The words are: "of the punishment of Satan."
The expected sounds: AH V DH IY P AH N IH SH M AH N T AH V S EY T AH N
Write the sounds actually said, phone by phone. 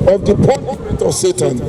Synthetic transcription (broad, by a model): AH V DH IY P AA IH M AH N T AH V S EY T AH N